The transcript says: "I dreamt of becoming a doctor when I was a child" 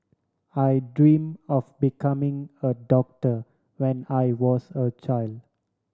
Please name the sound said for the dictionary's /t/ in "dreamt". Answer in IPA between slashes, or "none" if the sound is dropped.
none